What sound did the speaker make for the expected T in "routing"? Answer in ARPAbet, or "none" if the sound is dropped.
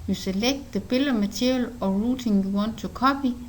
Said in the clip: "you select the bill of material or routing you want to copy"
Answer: S